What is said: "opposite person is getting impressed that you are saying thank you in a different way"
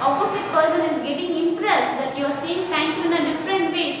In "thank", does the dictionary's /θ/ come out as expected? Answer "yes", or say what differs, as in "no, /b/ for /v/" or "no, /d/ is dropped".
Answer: no, /t/ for /θ/